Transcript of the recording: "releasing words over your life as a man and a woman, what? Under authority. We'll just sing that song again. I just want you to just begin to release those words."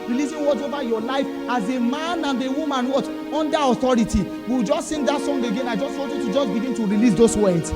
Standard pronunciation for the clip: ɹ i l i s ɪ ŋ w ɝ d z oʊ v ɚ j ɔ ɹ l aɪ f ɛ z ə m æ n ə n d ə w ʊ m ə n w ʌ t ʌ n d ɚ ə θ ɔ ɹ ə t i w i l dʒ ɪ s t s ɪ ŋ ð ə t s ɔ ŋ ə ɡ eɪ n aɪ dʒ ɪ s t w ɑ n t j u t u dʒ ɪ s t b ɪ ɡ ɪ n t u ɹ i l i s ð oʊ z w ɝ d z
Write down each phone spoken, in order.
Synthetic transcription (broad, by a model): ɹ i l i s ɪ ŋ w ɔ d oʊ v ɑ j ɔ l aɪ f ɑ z ə m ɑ n ə n d ə w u m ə n w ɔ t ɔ n d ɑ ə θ ɔ ɹ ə t i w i w dʒ ɪ s t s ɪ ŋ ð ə t s ɔ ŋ ə ɡ eɪ n aɪ dʒ ɪ s t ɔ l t j u t u dʒ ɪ s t b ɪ ɡ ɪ n t u ɹ i l i s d oʊ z w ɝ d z